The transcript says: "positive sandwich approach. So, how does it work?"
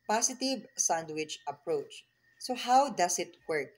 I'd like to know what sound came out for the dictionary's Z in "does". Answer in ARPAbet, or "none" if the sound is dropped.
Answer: S